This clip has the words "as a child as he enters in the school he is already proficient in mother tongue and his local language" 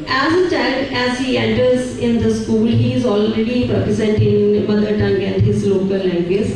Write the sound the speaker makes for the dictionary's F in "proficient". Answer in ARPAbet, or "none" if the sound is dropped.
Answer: P